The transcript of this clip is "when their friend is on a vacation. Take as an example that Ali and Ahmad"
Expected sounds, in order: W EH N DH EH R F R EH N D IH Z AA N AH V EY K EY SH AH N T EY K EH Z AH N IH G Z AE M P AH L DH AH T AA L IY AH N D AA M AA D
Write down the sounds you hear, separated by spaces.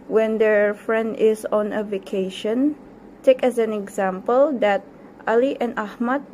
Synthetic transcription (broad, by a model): W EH N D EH R F R EH N D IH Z AA N AH V EY K EY SH AH N T EY K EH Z AH N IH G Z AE M P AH L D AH T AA L IY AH N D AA M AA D